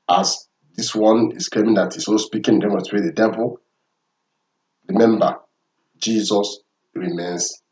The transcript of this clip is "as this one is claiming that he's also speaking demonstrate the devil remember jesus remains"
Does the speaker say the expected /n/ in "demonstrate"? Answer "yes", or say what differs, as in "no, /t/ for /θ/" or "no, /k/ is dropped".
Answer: no, /n/ is dropped